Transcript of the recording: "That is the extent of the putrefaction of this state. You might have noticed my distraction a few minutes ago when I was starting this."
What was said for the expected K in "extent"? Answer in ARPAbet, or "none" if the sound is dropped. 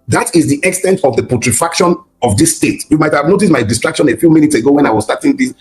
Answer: K